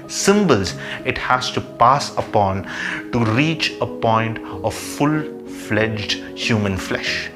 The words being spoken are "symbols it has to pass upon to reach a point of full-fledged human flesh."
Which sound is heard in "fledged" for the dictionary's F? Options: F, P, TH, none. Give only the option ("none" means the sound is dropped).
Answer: F